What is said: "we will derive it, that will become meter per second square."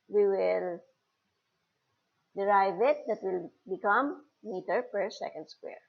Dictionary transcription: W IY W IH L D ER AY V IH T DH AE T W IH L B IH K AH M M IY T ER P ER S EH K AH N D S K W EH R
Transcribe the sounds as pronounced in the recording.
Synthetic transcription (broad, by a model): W IY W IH L D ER AY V IH T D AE T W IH L B IH K AH M M IY T ER P ER S EH K AH N D S K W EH R